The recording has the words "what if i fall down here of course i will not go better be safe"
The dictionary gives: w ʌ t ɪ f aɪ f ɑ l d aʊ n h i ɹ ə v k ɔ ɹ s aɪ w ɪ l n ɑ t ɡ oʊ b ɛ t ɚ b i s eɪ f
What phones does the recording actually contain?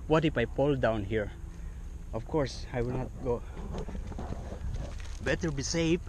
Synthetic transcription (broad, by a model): w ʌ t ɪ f aɪ p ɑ l d aʊ n h i ɹ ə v k ɔ ɹ s aɪ w ɪ l n ɑ t ɡ oʊ b ɛ t ɚ b i s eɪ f